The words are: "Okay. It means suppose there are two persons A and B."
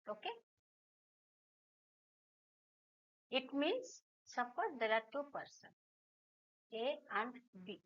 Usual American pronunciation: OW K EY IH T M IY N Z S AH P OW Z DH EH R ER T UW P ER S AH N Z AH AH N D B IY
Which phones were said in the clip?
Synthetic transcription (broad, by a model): OW K EY IH T M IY N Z S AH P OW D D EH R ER T UW P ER S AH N AH AH N D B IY